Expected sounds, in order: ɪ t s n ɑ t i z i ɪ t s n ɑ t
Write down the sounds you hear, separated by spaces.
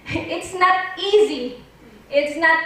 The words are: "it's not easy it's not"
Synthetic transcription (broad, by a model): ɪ t s n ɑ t i z i ɪ t s n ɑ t